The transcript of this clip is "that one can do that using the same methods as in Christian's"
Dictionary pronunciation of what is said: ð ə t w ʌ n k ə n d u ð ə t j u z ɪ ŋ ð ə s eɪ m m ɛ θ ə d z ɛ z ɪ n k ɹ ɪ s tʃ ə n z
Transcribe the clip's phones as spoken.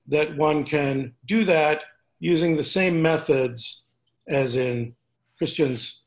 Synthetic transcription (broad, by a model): ð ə t w ʌ n k ə n d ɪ ð ə t j u z ɪ ŋ ð ə s eɪ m m ɛ θ ə d z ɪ z ɪ n k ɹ ɪ s tʃ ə n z